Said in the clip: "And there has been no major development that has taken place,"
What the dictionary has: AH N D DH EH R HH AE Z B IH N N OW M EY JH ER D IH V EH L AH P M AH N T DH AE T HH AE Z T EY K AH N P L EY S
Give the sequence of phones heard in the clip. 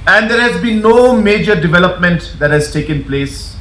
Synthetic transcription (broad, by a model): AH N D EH R HH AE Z B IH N N OW M EY JH ER D IH V EH L AH P M AH N T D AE T HH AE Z T EY K AH N P L EY S